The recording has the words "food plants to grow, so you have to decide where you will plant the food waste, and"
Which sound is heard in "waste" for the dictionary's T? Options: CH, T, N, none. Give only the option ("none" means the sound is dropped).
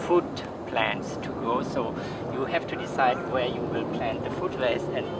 none